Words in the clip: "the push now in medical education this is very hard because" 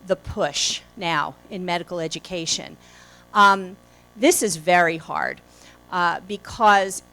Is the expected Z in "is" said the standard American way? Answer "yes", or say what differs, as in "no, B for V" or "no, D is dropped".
yes